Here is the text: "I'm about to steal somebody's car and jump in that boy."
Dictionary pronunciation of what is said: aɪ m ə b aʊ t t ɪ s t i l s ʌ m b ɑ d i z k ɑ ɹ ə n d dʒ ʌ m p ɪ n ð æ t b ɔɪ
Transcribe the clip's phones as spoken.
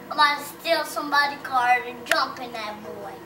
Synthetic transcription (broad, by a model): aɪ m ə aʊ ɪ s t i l s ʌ m b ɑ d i k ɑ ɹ ə n d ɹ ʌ m p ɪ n ð æ t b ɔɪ